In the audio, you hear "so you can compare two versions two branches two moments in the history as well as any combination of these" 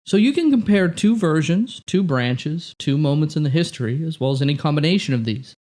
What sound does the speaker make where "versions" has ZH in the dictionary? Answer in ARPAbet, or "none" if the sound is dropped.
ZH